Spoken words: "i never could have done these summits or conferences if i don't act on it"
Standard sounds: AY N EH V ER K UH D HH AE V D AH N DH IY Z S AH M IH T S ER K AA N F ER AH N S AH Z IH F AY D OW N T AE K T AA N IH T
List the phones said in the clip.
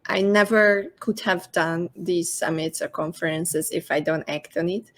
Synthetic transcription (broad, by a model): AY N EH V ER K UH D HH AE V D AH N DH IY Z S AH M IH T S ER K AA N F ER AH N S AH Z IH F AY D OW N T AE K T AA N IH T